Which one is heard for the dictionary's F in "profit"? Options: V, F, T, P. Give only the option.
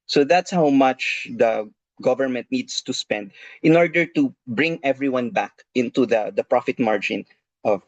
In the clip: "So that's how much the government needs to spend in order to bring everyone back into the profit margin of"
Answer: F